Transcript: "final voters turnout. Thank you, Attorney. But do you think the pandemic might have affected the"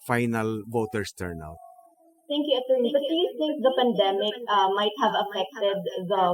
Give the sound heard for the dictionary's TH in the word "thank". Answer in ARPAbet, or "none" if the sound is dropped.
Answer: T